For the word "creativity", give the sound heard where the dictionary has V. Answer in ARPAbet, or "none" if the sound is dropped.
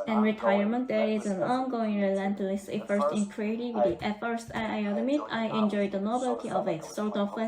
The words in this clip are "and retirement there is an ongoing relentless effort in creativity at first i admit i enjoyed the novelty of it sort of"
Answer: W